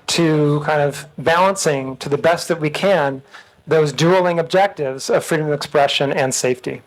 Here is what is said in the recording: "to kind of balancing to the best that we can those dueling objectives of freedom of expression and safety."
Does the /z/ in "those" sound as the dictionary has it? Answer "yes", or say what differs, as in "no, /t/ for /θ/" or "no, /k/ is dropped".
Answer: yes